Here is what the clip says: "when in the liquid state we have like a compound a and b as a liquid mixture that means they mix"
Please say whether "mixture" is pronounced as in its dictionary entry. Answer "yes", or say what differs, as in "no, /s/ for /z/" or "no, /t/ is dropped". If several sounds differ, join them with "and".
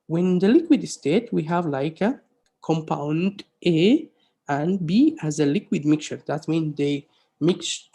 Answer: no, /s/ is dropped